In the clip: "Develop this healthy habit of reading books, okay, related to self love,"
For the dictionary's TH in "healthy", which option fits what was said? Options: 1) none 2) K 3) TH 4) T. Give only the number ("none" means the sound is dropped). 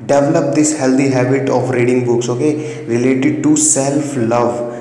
4